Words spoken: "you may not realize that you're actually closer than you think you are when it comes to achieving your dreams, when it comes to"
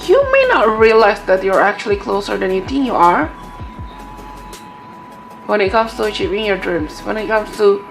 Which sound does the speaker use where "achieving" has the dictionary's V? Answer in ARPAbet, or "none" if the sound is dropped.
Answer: P